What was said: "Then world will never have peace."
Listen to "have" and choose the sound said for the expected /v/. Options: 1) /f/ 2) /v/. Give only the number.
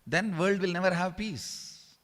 2